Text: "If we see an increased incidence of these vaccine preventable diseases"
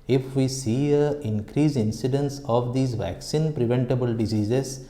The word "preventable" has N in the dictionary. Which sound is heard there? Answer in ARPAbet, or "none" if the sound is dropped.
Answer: N